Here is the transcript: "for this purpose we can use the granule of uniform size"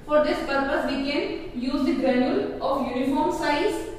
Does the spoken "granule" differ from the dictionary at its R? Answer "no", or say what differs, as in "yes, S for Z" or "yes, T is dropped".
yes, R is dropped